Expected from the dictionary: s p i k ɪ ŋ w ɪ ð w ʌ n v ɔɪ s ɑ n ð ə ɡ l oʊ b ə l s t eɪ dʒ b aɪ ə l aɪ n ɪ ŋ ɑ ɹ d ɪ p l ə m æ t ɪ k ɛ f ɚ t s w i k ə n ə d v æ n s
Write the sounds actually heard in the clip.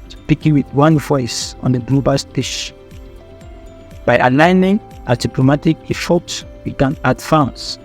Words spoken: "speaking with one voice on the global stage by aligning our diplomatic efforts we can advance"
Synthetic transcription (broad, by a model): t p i k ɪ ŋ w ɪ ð w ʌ n v ɔɪ s ɑ n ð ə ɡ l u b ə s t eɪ ʃ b aɪ ə l aɪ n ɪ ŋ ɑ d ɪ p l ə m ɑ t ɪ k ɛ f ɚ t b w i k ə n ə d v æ n s